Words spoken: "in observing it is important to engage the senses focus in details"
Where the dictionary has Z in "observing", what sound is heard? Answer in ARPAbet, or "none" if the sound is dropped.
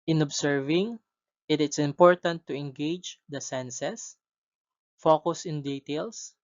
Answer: S